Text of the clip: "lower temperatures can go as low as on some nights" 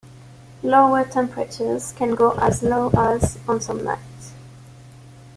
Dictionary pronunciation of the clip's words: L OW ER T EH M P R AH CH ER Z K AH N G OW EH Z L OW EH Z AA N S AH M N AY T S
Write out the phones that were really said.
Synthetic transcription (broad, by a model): L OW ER T EH M P R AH CH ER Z K AH N G OW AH Z L OW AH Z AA N S AH M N AY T